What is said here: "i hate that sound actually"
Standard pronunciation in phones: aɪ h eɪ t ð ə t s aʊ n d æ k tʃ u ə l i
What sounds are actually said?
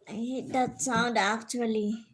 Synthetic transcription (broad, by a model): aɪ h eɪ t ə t s aʊ n d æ k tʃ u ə l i